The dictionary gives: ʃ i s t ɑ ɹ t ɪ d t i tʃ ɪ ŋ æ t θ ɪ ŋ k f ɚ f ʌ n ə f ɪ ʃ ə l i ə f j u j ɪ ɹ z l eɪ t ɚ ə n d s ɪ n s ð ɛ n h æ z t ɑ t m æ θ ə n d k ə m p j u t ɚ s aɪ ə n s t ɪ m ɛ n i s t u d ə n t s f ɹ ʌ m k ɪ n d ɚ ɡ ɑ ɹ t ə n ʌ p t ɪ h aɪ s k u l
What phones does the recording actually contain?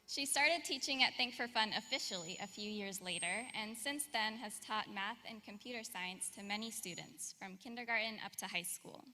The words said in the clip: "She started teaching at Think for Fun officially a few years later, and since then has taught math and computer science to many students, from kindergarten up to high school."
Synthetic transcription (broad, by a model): ʃ i s t ɑ ɹ t ɪ d t i tʃ ɪ ŋ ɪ t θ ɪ ŋ k f ɚ f ʌ n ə f ɪ ʃ l i ə f j u j ɪ ɹ z l eɪ t ɚ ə n s ɪ n s ð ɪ n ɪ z t ɑ t m æ θ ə n k ə m p j u t ɚ s aɪ ə n s t ɪ m ɛ n i s t u d n t s f ɹ ʌ m k ɪ n d ɚ ɡ ɑ ɹ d n ʌ p t ɪ h aɪ s k u l